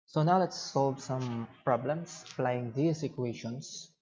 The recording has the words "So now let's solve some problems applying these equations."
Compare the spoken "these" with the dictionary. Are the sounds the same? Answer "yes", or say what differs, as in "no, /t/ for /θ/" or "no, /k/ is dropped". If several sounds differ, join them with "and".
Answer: no, /s/ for /z/